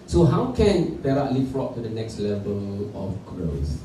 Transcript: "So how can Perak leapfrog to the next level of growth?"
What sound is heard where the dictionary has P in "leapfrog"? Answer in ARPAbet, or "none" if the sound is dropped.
none